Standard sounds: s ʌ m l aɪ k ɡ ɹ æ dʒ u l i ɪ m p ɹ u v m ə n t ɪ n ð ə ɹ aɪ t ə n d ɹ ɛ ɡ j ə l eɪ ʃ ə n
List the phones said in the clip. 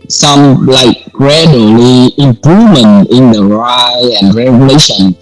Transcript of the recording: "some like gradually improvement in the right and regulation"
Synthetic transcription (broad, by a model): s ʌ m l aɪ k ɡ ɹ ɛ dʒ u l i ɪ m p ɹ u v m ə n t ɪ n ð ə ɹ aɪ ə n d ɹ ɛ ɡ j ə l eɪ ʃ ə n